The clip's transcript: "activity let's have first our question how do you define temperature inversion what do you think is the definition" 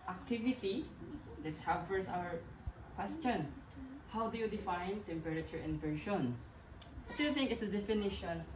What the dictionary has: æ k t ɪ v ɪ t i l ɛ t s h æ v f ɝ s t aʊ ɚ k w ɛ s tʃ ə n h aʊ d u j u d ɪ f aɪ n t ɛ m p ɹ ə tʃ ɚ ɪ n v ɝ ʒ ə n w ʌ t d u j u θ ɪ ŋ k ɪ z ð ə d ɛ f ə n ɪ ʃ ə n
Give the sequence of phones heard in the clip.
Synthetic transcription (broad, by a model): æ k t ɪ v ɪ t i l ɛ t s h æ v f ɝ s aʊ ɚ k w ɛ s tʃ ə n h aʊ d u j u d ɪ f aɪ n t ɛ m p ɹ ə tʃ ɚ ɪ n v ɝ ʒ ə n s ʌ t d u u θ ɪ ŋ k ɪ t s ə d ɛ f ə n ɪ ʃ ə n